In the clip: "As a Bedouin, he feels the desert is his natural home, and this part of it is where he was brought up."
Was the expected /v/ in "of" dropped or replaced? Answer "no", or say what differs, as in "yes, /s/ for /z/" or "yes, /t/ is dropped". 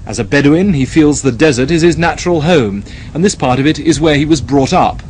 no